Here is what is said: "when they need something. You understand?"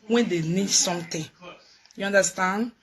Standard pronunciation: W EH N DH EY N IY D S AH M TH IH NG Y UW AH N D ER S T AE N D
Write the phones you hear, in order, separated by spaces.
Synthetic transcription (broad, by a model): W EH N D EY N IY D S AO M T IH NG Y UW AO N D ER S T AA N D